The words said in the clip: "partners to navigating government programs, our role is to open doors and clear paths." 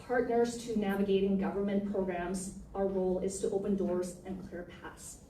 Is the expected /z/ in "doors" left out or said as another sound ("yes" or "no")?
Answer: no